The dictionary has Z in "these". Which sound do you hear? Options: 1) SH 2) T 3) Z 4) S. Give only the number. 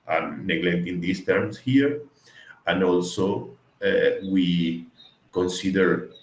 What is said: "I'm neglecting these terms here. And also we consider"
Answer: 4